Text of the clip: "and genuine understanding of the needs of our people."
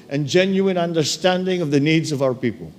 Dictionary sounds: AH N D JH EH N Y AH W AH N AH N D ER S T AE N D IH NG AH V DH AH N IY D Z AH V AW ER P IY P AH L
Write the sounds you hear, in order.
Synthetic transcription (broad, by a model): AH N JH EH N Y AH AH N AH N D ER S T AE N D IH NG AH V DH AH N IY D Z AH V AW ER P IY P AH L